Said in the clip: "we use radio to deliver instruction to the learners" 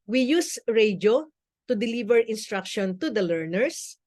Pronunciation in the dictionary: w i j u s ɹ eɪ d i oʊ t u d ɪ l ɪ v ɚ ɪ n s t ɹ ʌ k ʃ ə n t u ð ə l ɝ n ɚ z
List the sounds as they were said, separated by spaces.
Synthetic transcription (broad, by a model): w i j u s ɹ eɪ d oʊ t u d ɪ l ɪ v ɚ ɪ n s t ɹ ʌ k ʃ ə n t u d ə l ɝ n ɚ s